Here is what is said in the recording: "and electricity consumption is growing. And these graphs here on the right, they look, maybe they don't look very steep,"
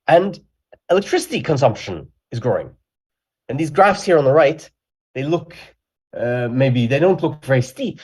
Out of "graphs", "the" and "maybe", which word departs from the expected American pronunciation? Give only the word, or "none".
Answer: none